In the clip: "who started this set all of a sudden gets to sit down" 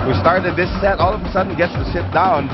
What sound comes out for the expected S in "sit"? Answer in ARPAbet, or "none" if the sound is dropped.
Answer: SH